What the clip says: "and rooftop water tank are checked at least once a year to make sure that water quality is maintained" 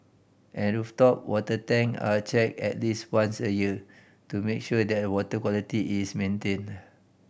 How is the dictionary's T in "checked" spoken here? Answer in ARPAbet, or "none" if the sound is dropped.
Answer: none